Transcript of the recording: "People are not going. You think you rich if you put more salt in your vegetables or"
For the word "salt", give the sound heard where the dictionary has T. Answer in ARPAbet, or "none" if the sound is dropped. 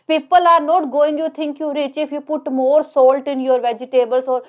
T